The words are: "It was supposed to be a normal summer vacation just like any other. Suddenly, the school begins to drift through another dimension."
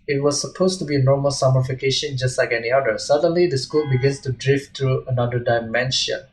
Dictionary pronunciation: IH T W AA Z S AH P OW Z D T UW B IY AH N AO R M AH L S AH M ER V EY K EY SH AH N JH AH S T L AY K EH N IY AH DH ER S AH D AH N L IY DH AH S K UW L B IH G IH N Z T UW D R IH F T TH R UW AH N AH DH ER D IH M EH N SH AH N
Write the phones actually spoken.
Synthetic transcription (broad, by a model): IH T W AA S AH P OW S T UW B IY AH N AO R M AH L S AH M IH F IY K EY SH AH N JH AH S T L AY K EH N IY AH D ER S AH D AH N L IY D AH S K UW L B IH G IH N S T UW D R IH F T R UW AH N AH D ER D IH M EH N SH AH N